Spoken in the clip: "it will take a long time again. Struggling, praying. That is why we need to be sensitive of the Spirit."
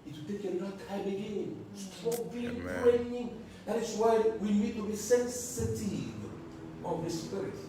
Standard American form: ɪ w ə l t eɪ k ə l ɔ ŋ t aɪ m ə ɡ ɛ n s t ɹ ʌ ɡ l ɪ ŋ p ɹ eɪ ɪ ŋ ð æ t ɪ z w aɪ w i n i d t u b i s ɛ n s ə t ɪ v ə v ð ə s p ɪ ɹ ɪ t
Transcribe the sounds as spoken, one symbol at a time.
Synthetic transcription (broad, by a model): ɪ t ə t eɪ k ə n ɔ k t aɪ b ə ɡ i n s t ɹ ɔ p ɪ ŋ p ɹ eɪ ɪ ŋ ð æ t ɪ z w aɪ w i n i d t u b i s ɛ n s ə t ɪ v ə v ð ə s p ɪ ɹ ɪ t